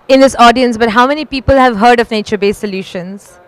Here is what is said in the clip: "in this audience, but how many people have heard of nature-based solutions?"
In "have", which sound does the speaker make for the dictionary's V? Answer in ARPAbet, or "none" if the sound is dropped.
V